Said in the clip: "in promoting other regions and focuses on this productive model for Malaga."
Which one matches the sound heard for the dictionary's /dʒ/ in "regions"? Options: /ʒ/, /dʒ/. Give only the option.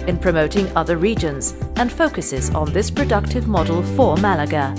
/dʒ/